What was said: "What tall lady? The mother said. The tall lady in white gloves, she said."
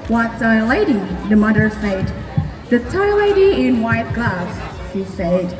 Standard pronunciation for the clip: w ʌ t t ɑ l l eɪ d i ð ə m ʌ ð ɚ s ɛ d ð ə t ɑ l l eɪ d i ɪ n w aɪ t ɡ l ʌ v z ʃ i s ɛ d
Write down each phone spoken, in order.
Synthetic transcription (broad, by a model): w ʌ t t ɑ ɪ l eɪ d i ð ə m ʌ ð ɚ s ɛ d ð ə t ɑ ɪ l eɪ d i ɪ n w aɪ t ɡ ʌ z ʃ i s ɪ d